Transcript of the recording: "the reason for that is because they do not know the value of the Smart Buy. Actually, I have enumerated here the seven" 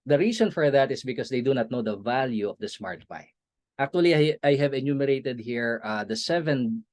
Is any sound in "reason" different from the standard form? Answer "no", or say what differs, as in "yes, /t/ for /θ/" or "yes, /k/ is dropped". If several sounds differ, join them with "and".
yes, /s/ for /z/